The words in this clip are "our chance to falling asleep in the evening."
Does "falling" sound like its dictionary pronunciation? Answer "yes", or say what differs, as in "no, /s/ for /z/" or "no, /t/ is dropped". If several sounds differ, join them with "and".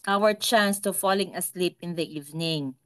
yes